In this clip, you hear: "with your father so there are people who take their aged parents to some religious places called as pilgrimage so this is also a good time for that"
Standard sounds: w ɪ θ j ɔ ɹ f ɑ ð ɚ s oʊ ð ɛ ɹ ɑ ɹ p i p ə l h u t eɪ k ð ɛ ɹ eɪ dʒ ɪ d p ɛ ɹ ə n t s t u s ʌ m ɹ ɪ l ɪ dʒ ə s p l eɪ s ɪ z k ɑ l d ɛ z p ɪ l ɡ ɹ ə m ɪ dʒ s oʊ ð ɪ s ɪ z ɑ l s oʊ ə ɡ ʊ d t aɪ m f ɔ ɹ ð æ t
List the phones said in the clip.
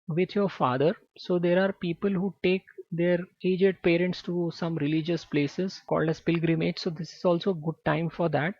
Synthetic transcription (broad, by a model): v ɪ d j ɔ ɹ f ɑ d ɚ s oʊ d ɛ ɹ ɑ ɹ p i p ə l h u t eɪ k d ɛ ɹ eɪ dʒ ɪ d p ɛ ɹ ə n t s t u s ʌ m ɹ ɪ l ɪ dʒ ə s p l eɪ s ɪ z k ɑ l d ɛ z p ɪ l ɡ ɹ ə m ɪ dʒ s oʊ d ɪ s ɪ z ɑ l s oʊ ə ɡ ʊ d t aɪ m f ɔ ɹ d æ t